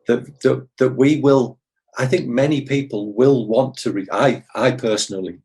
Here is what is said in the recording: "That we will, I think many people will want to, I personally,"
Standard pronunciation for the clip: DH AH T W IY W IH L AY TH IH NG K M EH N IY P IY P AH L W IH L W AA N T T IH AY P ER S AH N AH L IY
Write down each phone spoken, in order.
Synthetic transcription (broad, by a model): DH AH T W IY W IH L AY TH IH NG K M EH N IY P IY P AH L W IH L W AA N T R IH AY P ER S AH N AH L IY